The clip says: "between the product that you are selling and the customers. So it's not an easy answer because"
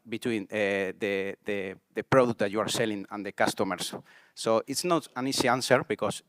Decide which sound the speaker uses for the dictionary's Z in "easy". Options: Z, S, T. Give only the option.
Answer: S